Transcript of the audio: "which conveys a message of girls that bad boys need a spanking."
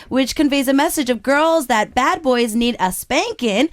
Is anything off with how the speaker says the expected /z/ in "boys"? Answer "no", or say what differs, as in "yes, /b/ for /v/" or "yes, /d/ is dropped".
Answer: no